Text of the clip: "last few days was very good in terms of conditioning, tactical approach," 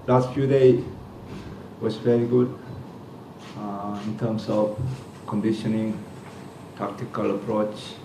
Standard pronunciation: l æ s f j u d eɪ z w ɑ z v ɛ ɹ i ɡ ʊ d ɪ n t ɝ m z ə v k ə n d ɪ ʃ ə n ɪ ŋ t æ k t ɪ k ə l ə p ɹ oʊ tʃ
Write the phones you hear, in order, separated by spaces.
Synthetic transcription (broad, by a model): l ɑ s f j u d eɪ w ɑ s v ɛ ɹ i ɡ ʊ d ɪ n t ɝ m s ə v k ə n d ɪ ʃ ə n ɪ ŋ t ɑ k t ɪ k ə l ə p ɹ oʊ tʃ